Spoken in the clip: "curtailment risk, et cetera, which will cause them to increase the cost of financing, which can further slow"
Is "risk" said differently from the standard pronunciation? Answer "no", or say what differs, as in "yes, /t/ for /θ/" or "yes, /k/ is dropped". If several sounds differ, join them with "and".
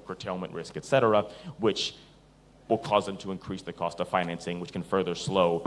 no